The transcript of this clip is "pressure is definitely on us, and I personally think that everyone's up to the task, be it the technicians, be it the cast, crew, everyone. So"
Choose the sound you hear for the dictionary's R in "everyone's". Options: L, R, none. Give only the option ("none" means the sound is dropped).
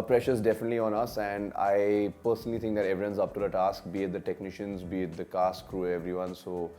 none